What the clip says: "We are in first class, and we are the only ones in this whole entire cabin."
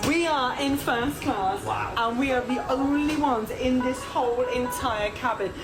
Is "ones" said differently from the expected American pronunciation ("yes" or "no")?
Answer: no